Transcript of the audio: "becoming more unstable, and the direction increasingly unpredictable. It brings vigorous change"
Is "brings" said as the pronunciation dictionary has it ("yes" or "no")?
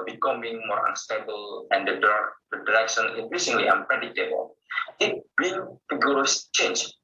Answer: no